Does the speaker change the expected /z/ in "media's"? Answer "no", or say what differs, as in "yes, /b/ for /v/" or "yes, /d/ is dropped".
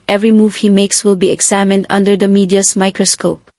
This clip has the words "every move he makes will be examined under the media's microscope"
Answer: yes, /s/ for /z/